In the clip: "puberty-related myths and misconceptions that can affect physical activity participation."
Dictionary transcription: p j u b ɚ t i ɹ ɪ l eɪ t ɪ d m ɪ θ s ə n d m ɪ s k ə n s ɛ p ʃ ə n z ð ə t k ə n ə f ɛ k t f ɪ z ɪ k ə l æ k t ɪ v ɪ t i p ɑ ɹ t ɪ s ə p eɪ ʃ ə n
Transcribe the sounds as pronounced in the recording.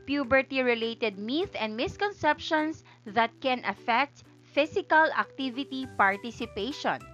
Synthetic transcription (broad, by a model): p j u b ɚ t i ɹ ɪ l eɪ t ɪ d m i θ ə n d m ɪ s k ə n s ɛ p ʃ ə n s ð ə t k ə n ə f ɛ k t f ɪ s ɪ k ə l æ k t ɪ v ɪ t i p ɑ ɹ t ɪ s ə p eɪ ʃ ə n